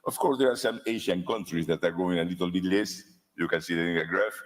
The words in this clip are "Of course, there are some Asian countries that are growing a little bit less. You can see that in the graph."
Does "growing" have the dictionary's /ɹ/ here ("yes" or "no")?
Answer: no